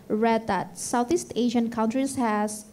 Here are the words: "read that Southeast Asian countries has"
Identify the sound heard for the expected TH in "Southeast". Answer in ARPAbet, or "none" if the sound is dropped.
T